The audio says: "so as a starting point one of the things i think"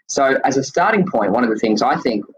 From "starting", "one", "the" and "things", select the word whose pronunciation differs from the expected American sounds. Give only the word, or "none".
none